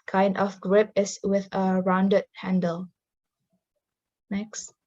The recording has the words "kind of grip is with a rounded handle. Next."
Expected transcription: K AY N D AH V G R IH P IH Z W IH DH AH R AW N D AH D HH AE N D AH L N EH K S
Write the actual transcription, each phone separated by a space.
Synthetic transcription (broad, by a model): K AY N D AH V G R IH P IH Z W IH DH AH R AW N D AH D HH AE N D AH L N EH K S